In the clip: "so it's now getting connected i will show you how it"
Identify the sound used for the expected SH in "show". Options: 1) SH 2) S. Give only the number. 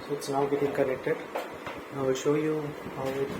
1